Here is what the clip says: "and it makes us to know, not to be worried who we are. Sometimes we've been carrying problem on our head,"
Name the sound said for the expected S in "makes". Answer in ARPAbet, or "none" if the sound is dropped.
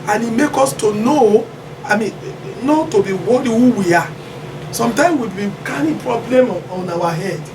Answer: none